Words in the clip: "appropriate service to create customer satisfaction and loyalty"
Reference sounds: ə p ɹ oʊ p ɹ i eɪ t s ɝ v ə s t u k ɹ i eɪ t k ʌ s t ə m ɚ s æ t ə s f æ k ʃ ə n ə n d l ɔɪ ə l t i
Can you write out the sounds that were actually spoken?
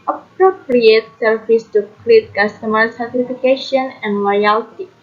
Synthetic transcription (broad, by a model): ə p ɹ oʊ p ɹ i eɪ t s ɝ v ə s t u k l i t k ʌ s t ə m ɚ s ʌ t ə f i k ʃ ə n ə n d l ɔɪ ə l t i